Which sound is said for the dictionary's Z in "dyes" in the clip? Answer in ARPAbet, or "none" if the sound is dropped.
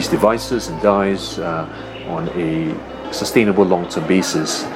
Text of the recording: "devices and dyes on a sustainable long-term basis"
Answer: Z